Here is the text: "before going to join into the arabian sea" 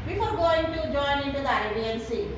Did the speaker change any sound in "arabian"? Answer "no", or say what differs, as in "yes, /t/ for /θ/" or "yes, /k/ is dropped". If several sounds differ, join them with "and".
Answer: yes, /ɹ/ is dropped